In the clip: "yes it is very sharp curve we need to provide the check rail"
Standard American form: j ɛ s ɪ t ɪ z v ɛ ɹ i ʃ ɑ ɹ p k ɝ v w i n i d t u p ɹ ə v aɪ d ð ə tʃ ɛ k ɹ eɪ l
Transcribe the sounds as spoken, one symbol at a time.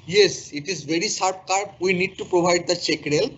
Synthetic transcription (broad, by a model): j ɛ s ɪ t ɪ z v ɛ ɹ i s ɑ ɹ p k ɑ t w i n i d t u p ɹ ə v aɪ d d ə tʃ ɛ k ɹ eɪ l